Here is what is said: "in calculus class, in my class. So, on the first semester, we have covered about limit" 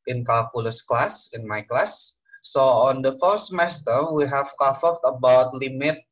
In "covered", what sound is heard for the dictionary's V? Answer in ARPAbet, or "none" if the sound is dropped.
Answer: F